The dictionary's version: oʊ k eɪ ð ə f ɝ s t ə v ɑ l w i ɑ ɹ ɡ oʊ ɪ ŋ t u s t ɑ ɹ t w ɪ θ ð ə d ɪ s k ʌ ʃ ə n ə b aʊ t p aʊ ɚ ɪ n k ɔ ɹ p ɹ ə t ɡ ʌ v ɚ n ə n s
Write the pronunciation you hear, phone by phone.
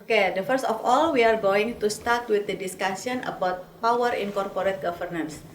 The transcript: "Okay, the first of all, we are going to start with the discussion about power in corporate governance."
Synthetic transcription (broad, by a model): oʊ k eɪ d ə f ɝ s t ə f ɑ l w i ɑ ɹ ɡ oʊ ɪ ŋ t u s t ɑ ɹ t w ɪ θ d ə d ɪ s k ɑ s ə n ə b aʊ t p aʊ ɚ ɪ n k ɔ ɹ p ɹ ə t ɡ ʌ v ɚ n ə n s